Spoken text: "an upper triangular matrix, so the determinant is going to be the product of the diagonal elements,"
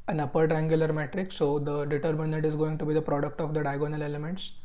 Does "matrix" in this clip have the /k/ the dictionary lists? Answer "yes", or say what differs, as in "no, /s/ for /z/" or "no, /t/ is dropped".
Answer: yes